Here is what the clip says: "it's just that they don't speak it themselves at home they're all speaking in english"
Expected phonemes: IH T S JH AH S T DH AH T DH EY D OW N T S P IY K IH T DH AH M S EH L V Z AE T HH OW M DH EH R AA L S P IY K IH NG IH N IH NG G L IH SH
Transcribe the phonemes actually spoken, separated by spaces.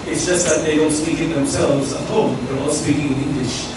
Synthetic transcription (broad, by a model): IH T S JH AH S T DH AH T DH EY D OW N T S P IY K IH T DH AH M S EH L V Z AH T HH OW M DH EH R AA L S P IY K IH NG IH N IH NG G L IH SH